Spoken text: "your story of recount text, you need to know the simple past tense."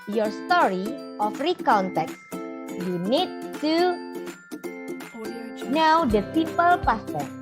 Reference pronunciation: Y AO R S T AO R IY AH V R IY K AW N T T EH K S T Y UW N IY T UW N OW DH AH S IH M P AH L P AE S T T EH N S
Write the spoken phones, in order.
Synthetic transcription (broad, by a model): Y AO R S T AO R IY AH F R IY K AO N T T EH K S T Y UW N IY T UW N OW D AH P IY P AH L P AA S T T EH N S